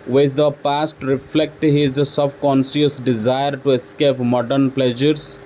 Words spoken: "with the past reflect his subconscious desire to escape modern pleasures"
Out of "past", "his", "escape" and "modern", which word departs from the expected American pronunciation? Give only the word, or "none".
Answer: none